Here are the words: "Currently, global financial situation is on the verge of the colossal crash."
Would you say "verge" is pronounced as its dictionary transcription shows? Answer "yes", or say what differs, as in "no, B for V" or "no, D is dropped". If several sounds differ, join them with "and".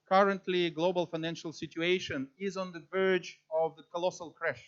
yes